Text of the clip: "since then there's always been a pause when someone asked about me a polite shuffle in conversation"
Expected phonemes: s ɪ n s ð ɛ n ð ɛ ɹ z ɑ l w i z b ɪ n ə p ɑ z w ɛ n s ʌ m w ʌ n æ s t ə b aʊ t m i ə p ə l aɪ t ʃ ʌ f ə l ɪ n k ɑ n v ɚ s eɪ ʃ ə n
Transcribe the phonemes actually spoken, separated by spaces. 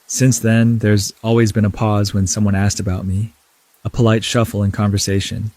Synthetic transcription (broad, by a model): s ɪ n s ð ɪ n ð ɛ ɹ z ɑ l w i z b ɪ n ə p ɑ z w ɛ n s ʌ m w ʌ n æ s t ə b aʊ t m i ə p ə l aɪ t ʃ ʌ f l ɪ n k ɑ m v ɚ s eɪ ʃ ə n